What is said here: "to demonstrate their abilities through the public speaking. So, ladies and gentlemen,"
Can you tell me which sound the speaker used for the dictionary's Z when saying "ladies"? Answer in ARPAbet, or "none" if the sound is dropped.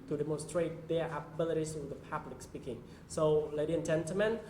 none